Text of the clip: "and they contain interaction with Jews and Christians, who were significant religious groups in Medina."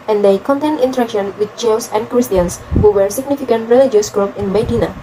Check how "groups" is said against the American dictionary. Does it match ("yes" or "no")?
no